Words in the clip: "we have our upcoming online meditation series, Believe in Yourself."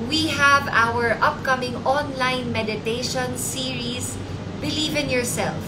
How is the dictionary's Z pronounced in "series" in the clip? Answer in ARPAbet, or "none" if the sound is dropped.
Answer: S